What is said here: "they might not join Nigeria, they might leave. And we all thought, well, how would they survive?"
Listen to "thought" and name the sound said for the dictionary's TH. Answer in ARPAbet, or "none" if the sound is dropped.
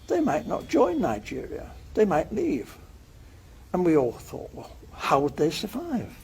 TH